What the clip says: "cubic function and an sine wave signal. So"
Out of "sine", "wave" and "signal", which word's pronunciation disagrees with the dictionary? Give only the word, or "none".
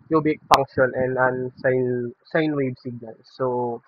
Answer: wave